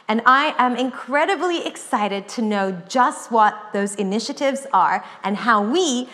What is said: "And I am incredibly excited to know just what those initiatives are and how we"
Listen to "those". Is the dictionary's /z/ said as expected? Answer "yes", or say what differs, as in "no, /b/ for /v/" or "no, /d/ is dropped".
yes